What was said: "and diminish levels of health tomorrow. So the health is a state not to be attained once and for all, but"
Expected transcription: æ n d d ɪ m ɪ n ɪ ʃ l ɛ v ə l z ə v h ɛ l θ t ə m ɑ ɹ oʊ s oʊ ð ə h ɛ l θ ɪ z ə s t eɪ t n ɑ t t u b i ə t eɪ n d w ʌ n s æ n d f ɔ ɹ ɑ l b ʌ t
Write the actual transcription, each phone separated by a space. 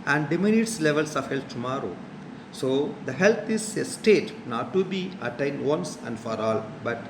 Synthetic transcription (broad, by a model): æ n d d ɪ m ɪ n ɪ s l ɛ v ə l s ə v h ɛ l t t ə m ɑ ɹ oʊ s oʊ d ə h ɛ l t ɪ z ə s t eɪ t n ɑ t t u b i ə t eɪ n d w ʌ n s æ n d f ɔ ɹ ɑ l b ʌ t